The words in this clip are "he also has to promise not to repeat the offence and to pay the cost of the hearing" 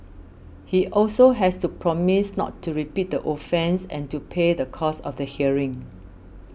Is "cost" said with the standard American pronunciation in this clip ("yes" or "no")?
no